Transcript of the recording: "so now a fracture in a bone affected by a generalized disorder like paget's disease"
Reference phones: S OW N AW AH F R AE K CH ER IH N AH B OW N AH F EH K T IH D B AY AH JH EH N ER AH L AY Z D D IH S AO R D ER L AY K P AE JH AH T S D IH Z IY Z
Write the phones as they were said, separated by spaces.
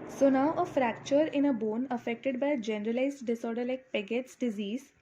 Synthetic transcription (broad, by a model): S OW N AW AH F R AE K CH ER IH N AH B OW N AH F EH K T IH D B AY AH JH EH N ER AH L AY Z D D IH S AO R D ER L AY K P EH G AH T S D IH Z IY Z